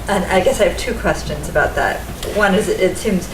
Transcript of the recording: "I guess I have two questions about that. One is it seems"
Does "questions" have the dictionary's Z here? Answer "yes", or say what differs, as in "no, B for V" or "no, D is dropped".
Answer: yes